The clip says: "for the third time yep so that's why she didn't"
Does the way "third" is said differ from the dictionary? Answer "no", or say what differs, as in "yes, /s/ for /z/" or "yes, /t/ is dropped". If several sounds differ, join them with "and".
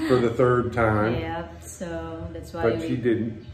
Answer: no